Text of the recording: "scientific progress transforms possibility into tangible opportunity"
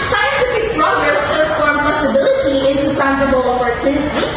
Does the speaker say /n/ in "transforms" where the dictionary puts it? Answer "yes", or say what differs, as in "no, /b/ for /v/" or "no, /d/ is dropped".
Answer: no, /n/ is dropped